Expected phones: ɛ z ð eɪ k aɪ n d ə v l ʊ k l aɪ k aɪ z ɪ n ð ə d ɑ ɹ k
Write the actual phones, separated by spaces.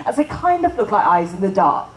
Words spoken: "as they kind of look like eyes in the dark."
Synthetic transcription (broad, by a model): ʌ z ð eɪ k aɪ n d ə v l ʊ k l aɪ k aɪ z ɪ n ð ə d ɑ ɹ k